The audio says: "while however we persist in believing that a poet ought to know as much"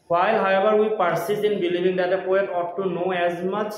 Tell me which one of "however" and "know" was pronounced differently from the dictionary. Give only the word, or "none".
however